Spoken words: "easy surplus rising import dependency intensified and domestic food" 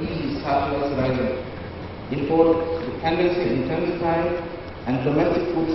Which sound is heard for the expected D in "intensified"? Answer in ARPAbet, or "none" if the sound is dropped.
none